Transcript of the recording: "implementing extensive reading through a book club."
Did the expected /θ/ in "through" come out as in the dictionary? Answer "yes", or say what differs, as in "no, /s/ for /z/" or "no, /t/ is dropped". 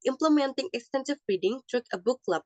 no, /t/ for /θ/